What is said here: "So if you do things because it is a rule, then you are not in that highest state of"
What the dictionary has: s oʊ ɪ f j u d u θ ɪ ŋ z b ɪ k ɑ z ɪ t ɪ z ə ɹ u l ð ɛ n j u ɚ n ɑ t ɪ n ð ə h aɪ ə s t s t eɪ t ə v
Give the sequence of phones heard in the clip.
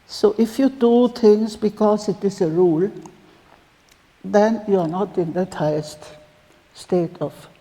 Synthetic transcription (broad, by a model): s oʊ ɪ f j u d u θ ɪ ŋ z b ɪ k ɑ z ɪ t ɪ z ə ɹ u l ð ɛ n j u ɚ n ɑ t ɪ n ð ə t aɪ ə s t s t eɪ t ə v